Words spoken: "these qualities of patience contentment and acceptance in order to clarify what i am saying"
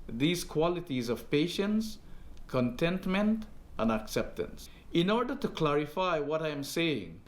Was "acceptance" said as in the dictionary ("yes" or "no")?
yes